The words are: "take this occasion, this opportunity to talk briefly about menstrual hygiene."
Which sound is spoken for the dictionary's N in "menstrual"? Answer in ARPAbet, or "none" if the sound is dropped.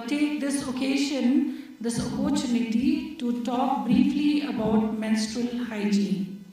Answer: N